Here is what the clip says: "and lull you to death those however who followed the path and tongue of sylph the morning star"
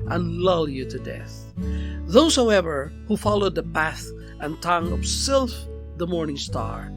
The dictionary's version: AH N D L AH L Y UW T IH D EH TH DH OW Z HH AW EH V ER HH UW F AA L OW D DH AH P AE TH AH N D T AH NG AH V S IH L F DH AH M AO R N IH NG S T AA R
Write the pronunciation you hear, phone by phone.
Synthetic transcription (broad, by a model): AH N L AH L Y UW T IH D EH TH DH OW Z HH AW EH V ER HH UW F AA L OW D DH AH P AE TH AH N T AH NG AH V S IH L F DH AH M AO R N IH NG S T AA R